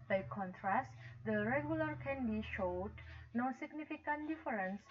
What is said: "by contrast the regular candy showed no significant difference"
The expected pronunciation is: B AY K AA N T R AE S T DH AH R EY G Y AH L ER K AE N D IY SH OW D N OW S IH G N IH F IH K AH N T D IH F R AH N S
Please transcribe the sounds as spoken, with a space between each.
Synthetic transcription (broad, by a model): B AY K AA N T R AE S T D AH R EY G Y AH L ER K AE N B IY SH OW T N OW S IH G N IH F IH K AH N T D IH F R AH N S